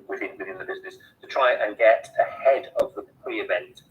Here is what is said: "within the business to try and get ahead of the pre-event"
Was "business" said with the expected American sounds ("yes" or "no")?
yes